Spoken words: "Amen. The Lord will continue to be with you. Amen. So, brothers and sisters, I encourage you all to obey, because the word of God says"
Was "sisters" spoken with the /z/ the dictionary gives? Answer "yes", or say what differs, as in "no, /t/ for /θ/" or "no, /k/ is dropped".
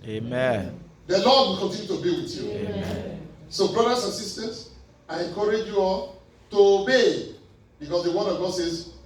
no, /s/ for /z/